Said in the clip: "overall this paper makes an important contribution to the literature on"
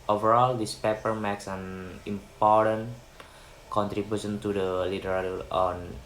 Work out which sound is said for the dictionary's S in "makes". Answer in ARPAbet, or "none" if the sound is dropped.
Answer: S